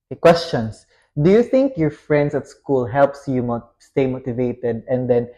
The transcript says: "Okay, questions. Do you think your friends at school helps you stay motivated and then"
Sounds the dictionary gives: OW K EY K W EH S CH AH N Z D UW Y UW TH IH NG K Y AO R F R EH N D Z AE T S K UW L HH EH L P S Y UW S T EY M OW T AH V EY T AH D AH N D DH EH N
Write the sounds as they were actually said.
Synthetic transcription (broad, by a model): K K W EH S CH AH N S D UW Y UW TH IH NG K Y AO R F R EH N D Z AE T S K UW L HH EH L P S Y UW S T EY M OW T AH V EY T AH D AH N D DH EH N